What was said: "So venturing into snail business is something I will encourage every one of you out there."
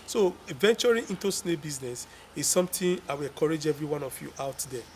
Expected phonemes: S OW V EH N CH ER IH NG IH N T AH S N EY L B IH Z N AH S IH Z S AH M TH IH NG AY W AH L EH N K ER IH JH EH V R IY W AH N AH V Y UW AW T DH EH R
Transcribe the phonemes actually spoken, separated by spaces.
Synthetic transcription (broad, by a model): S OW V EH N CH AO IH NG IH N T AH S N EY B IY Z N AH S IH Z S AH M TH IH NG AY W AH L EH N K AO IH JH EH V R IY W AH N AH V Y UW AW T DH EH